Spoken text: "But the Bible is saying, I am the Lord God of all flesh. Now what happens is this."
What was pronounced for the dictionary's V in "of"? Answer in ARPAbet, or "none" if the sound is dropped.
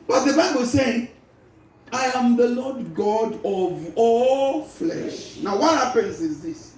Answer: V